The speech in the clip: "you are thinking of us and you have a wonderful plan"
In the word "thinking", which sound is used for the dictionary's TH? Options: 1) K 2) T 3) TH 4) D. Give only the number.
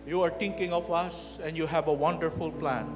2